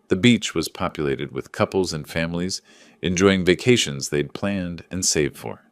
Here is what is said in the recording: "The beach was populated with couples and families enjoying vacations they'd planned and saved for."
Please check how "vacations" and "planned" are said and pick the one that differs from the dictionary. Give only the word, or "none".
none